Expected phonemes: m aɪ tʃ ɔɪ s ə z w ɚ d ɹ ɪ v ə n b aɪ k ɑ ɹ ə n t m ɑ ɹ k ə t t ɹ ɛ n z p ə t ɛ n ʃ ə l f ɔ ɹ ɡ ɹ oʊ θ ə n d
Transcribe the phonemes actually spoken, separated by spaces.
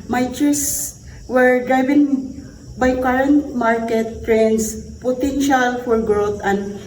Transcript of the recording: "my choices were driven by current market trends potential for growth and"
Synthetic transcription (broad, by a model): m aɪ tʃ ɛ s w ɚ d ɹ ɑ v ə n b aɪ k ɑ ɹ ə n t m ɑ ɹ k ə t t ɹ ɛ n s p ə t ɛ n ʃ ə l f ɔ ɹ ɡ ɹ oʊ t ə n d